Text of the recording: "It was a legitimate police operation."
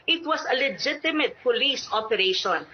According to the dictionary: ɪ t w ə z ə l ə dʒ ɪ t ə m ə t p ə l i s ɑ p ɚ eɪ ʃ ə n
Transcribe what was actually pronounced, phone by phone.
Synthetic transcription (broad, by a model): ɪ t w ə s ə l ə dʒ ɪ t ə m ə t p ə l i s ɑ p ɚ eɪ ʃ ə n